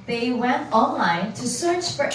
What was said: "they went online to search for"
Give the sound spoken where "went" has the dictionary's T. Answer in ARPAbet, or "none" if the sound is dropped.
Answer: T